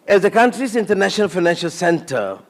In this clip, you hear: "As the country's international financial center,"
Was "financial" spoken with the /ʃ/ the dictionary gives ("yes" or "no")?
yes